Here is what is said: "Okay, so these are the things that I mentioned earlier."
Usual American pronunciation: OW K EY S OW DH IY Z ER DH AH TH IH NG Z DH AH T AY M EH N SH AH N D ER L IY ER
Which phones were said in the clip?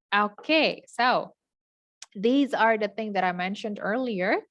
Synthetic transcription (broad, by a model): OW K EY S OW DH IY Z ER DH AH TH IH NG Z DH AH T AY M EH N SH AH N D ER L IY ER